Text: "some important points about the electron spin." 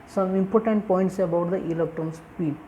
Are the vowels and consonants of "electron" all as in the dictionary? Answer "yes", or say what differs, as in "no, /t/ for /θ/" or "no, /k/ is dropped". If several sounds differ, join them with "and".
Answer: no, /ɹ/ is dropped